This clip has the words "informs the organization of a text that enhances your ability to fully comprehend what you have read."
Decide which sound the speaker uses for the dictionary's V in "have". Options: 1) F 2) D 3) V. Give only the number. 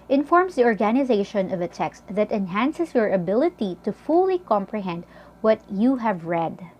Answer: 3